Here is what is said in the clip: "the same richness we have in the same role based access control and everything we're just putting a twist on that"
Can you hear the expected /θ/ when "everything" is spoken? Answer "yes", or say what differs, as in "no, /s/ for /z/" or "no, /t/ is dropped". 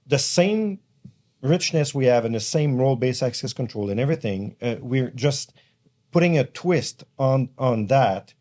yes